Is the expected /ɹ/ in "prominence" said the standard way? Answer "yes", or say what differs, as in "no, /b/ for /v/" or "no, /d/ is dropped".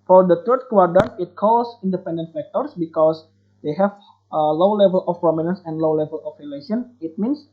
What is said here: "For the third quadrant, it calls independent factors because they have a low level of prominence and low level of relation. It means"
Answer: yes